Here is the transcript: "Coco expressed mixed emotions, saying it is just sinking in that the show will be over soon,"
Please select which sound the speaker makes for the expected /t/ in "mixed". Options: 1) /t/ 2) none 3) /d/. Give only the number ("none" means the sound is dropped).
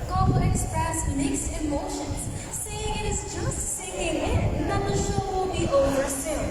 2